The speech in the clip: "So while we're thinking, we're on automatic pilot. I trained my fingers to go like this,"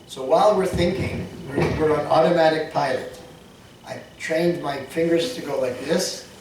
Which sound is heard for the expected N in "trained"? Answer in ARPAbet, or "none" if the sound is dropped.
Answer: N